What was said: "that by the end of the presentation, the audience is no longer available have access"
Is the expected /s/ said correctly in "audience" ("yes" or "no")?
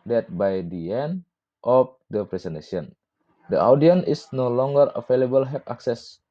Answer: no